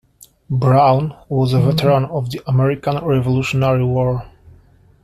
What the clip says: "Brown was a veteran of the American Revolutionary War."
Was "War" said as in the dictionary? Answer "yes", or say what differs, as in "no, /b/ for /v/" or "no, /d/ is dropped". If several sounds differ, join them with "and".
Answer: yes